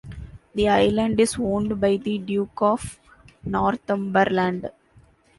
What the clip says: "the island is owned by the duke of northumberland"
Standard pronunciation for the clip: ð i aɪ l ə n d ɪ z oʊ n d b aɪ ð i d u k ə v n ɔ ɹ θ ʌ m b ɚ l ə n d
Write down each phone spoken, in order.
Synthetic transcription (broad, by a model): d i aɪ l ə n d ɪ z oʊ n d b aɪ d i d u k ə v n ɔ ɹ t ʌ m b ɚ l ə n d